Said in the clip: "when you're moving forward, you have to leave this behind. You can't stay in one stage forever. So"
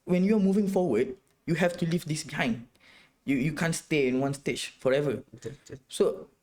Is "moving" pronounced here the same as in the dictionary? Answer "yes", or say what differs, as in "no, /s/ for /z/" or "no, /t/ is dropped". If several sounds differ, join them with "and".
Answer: yes